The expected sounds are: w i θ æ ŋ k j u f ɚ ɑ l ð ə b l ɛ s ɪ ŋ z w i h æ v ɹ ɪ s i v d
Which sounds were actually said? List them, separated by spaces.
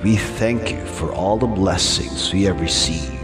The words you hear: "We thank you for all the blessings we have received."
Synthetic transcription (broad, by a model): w i θ æ ŋ k j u f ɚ ɑ l ð ə b l ɛ s ɪ ŋ z w i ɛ v ɹ s i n